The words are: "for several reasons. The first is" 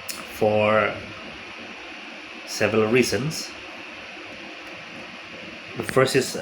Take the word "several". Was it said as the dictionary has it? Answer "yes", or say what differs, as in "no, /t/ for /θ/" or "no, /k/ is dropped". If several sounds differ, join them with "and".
yes